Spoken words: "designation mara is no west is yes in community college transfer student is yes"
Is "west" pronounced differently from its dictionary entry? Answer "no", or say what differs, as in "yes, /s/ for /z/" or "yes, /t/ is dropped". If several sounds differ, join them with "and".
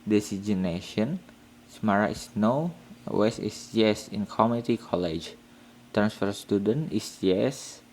yes, /t/ is dropped